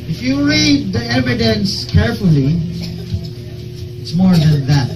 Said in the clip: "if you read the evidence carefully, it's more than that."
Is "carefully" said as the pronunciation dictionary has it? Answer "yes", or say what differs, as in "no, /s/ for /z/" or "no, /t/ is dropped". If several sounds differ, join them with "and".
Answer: yes